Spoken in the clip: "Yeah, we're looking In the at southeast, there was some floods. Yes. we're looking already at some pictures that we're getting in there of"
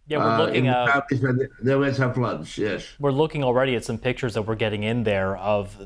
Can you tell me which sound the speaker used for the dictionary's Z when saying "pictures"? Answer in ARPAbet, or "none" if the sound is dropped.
Z